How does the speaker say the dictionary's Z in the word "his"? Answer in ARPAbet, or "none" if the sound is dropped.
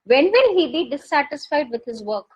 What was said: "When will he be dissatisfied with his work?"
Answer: Z